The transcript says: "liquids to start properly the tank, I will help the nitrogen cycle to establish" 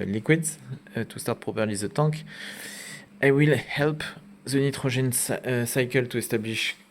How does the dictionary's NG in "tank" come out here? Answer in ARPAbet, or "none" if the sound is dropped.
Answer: none